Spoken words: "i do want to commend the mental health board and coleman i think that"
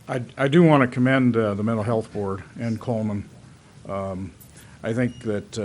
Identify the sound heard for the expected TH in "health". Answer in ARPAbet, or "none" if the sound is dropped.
TH